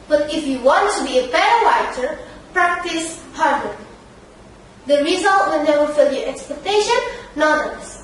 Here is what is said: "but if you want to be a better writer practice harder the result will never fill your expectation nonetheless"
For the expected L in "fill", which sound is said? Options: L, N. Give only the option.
L